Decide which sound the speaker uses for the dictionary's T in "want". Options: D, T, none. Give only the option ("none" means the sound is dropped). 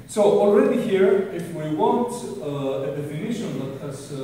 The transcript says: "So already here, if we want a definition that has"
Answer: T